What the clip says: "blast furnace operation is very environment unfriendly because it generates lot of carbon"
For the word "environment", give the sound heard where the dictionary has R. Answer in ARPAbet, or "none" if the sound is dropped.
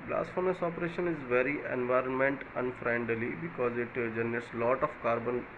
R